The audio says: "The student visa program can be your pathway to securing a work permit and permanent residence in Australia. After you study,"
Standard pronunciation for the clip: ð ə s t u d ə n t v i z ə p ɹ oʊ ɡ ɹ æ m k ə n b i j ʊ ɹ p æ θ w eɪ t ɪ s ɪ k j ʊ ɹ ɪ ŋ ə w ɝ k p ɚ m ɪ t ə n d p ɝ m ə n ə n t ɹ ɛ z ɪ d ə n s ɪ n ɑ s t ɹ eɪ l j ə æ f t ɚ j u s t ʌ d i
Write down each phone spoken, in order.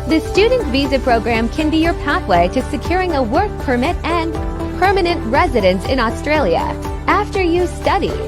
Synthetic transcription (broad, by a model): ð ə s t u d n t v i z ə p ɹ oʊ ɡ ɹ æ m k ə n b i j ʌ ɹ p æ θ w eɪ t ɪ s ɪ k j ʊ ɹ ɪ ŋ ə w ɝ k p ɚ m ɪ t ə n p ɝ m ə n ə n t ɹ ɛ z ɪ d ə n s ɪ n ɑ s t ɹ eɪ l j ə æ f t ɚ j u s t ʌ d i